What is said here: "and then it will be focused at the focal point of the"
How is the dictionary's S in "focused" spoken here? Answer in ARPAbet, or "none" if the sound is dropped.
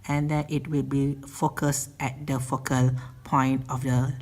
S